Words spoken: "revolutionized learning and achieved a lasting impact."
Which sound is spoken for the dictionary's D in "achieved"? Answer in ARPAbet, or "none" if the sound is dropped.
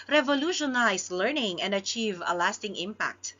none